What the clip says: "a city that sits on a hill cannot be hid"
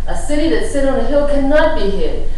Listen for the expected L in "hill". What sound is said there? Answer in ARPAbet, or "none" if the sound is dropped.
W